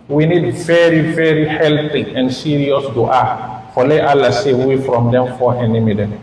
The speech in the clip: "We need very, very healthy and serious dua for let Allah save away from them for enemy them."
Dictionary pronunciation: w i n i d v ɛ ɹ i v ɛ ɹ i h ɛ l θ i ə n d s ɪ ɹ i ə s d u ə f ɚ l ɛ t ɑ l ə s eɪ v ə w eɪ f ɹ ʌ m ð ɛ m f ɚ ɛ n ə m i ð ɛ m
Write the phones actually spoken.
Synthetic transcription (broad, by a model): w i n i d v ɛ ɹ i v ɛ ɹ i h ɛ l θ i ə n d s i ɹ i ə s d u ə f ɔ l ɛ t ɑ l ə s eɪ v w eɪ f ɹ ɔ m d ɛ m f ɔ ɛ n ə m i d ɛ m